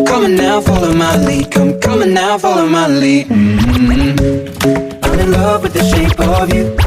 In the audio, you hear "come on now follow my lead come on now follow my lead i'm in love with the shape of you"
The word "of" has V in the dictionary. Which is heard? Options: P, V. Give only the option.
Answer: V